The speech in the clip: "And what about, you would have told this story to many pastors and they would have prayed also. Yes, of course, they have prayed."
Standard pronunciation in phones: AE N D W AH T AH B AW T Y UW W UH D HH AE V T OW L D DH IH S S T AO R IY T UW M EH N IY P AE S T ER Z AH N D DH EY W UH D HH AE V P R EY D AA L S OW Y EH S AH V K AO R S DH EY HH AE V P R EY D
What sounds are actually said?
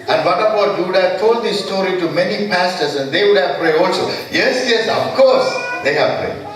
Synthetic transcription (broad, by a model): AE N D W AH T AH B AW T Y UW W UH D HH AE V T OW L D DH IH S S T AO R IY T UW M EH N IY P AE S T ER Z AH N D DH EY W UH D HH AE V P R EY D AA L S OW Y EH S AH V K AO R S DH EY HH AE V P R EY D